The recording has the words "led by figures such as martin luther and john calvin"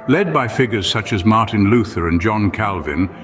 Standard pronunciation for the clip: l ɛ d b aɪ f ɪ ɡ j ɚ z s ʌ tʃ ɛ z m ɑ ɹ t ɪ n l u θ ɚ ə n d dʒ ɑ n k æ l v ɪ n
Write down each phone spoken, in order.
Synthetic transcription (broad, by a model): l ɛ d b aɪ f ɪ ɡ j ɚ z s ʌ tʃ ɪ z m ɑ ɹ t ɪ n l u θ ɚ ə n dʒ ɑ n k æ l v ɪ n